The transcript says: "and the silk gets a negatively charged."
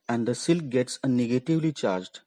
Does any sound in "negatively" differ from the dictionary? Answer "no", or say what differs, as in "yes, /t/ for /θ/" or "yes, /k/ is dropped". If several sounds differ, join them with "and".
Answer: no